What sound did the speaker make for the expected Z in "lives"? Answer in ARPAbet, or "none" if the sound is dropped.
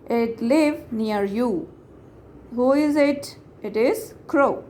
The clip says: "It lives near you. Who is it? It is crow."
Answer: none